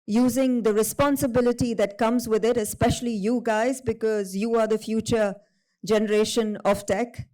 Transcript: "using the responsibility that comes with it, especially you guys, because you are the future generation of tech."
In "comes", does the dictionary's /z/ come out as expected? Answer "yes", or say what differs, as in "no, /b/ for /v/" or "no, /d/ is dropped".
yes